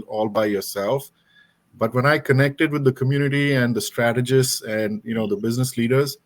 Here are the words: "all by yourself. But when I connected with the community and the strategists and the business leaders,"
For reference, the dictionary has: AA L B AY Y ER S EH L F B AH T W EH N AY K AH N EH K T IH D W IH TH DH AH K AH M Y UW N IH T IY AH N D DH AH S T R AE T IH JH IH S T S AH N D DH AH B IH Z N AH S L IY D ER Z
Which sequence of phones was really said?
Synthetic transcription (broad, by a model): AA L B AY Y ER S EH L F B AH T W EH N AY K AH N EH K T IH D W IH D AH K AH M Y UW N IH T IY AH N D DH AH S T R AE T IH JH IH S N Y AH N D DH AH B IH Z N AH S L IY D ER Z